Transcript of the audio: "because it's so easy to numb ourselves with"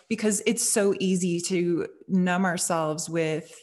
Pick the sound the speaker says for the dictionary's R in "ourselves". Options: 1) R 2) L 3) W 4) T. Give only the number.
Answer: 1